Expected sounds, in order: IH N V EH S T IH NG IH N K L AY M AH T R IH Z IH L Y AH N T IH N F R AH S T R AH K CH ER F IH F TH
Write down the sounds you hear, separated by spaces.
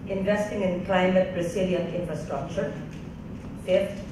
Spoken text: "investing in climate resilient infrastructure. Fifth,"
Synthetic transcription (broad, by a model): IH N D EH S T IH NG IH N K L AY M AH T R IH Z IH L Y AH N IH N F R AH S T R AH K CH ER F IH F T